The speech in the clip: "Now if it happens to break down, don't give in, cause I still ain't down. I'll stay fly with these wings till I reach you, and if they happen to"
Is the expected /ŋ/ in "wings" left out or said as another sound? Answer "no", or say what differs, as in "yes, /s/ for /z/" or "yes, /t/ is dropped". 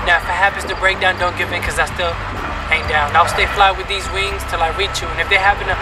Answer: no